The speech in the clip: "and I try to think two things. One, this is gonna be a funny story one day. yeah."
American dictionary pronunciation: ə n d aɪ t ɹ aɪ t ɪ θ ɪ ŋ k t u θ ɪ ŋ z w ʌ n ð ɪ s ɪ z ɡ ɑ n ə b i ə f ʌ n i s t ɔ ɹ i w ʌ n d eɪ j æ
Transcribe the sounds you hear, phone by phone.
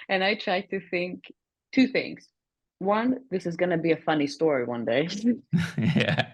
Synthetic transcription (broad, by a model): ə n aɪ t ɹ aɪ t ɪ θ ɪ ŋ k t u θ ɪ ŋ z w ʌ n ð ɪ s ɪ z ɡ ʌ n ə b i ə f ʌ n i s t ɔ ɹ i w ʌ n d eɪ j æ